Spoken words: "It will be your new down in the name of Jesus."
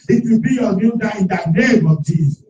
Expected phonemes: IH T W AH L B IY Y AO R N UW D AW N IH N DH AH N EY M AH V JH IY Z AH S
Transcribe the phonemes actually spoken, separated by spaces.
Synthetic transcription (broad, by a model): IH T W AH B IY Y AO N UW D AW IH N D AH N EY M AH V JH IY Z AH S